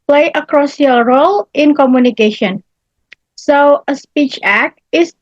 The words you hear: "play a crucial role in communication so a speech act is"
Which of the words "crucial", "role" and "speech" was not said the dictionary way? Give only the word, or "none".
crucial